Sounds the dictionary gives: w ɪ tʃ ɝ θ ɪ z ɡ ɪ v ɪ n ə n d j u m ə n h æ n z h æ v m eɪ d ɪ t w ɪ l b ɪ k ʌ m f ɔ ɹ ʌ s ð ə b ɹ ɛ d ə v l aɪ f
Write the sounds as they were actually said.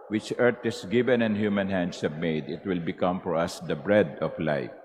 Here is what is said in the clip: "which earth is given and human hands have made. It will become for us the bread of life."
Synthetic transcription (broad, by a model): w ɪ tʃ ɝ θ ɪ s ɡ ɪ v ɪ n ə n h j u m ə n h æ n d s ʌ b m eɪ d ɪ t w ɪ l b ɪ k ʌ m f ɔ ɹ ʌ s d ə b ɹ ɛ d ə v l aɪ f